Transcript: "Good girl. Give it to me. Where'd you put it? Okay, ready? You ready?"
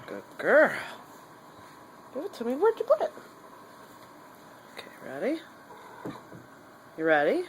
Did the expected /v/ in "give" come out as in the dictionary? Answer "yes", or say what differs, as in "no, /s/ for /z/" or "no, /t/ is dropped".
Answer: no, /w/ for /v/